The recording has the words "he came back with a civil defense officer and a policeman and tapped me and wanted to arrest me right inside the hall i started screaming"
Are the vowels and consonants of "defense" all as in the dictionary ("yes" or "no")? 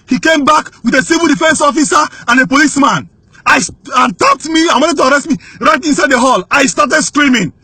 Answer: yes